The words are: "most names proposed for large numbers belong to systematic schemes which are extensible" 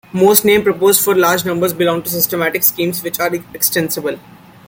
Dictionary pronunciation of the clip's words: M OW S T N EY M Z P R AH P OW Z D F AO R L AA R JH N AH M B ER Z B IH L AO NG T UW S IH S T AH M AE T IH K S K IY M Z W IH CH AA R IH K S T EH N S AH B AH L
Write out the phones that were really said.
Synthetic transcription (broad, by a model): M OW S T N EY M P R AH P OW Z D F AO R L AA R JH N AH M B ER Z B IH L AO NG T UW S IH S T AH M AE T IH K S K IY M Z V IH CH AA R IH K S T EH N S AH B AH L